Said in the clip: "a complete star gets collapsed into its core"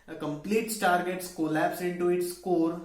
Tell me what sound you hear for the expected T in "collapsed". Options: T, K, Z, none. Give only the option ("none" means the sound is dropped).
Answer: none